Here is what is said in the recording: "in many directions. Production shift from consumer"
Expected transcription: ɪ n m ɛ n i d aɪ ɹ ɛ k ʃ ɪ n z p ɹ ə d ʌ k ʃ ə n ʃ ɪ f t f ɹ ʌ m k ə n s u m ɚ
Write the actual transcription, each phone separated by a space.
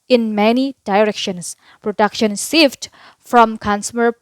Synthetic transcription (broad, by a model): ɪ n m ɛ n i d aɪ ɹ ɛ k ʃ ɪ n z p ɹ ə d ʌ k ʃ ə n s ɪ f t f ɹ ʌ m k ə n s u m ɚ